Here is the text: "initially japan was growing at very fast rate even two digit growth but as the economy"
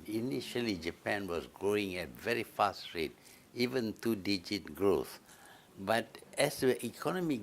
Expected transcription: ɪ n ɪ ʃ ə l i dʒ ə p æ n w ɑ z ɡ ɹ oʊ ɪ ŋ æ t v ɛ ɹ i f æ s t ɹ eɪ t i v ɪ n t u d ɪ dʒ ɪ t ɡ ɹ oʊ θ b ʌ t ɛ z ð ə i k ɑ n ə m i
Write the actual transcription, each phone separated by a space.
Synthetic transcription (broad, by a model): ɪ n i ʃ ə l i dʒ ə p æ n w ɑ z ɡ ɹ oʊ ɪ ŋ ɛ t v ɛ ɹ i f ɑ s t ɹ eɪ t i v ɪ n t u d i dʒ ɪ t ɡ ɹ oʊ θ b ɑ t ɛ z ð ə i k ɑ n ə m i